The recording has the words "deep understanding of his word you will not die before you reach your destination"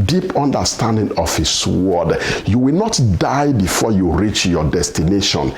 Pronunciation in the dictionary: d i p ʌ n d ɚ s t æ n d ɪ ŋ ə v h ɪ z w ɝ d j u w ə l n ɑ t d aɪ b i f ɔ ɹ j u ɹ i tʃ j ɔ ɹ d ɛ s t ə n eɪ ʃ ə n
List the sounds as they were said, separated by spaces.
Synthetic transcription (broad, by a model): d i p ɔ n d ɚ s t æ n d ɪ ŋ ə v h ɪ s w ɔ d j u w ə l n ɑ t d aɪ b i f ɔ j u ɹ i tʃ j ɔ d ɛ s t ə n eɪ ʃ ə n